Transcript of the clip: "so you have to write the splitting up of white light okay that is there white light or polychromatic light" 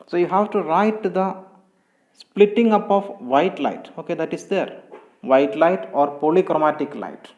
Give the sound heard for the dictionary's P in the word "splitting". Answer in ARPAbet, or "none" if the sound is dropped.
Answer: P